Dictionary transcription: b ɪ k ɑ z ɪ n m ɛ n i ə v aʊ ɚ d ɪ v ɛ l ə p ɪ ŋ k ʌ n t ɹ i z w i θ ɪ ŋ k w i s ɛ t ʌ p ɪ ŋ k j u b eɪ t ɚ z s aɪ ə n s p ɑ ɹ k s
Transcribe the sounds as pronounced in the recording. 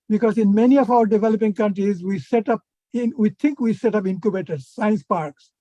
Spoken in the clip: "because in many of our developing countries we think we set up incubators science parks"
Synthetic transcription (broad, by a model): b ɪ k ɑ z ɪ n m ɛ n i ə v aʊ ɚ d ɪ v ɛ l ə p ɪ ŋ k ʌ n t ɹ i z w i t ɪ ŋ k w i s ɛ t ʌ p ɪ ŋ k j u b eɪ t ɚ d s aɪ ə n s p ɑ ɹ k s